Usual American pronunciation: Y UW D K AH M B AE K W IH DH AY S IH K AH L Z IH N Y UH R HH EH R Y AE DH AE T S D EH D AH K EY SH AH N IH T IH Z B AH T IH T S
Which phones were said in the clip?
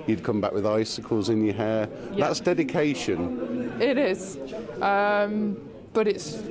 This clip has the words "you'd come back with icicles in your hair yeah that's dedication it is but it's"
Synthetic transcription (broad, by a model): Y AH D K AH M B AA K W IH DH AY S IH K AH L Z IH N Y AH HH EH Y DH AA T S D EH D AH K EY SH AH N IH T IH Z B AH T IH T S